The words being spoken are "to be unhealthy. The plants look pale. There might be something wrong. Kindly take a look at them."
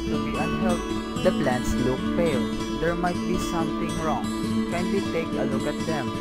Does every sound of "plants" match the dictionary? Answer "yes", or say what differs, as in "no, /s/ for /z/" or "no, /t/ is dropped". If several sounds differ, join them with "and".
yes